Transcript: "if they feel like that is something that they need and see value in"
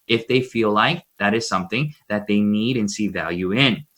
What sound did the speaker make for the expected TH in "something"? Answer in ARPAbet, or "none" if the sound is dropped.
TH